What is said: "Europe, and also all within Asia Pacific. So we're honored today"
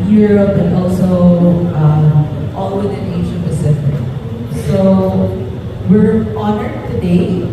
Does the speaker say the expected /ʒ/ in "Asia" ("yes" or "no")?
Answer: no